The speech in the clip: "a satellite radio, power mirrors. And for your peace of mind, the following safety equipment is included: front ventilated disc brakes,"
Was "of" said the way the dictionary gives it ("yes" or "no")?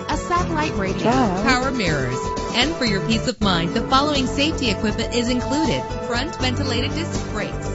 yes